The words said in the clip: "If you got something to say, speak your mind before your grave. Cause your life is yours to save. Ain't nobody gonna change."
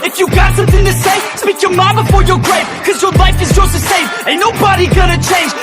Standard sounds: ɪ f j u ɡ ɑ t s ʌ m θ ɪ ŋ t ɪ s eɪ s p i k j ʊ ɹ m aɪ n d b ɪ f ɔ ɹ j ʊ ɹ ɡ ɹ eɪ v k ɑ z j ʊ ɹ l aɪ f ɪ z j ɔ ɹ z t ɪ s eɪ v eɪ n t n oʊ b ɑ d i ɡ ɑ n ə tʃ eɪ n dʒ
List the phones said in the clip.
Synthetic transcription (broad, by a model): ɪ f j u ɡ ɑ t s ʌ m θ ɪ ŋ t ɪ s eɪ s p i k j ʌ ɹ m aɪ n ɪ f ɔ ɹ j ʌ ɹ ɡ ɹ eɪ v k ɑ z j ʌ ɹ l aɪ f ɪ z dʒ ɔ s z t ɪ s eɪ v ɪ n n oʊ b ɑ d i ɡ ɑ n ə tʃ eɪ n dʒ